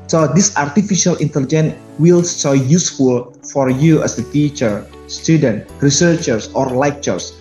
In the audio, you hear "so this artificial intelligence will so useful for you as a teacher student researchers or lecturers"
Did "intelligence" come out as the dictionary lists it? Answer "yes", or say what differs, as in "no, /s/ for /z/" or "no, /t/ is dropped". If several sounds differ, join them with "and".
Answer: no, /s/ is dropped